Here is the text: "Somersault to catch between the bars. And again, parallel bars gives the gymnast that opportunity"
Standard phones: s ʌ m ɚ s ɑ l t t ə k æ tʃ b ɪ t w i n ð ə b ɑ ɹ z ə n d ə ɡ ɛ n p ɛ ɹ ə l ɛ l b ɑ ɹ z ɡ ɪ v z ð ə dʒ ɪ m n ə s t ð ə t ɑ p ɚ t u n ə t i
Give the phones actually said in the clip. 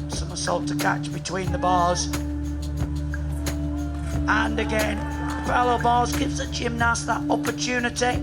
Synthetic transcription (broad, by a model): s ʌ m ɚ s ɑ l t t ə k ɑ tʃ b ɪ t w i n ð ə b ɑ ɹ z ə n ə ɡ ɛ n f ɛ l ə ʊ b ɑ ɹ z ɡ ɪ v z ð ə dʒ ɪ m n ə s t ð ə t ɑ p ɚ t u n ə t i